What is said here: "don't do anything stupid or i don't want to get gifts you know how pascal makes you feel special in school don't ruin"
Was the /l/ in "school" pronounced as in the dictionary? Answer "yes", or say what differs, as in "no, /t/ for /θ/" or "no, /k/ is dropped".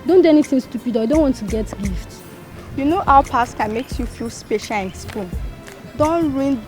no, /n/ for /l/